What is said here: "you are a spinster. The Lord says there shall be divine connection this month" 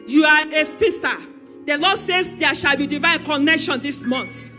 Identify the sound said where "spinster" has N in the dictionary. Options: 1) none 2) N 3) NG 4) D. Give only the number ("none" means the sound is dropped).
1